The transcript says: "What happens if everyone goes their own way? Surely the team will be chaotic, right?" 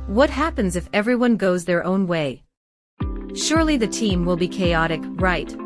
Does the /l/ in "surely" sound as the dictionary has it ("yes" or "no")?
yes